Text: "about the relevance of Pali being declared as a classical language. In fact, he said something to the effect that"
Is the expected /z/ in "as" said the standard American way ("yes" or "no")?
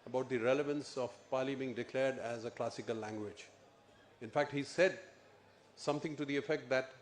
yes